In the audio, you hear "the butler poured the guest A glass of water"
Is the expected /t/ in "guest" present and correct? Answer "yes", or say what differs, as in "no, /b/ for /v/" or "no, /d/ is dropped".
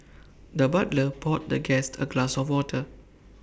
yes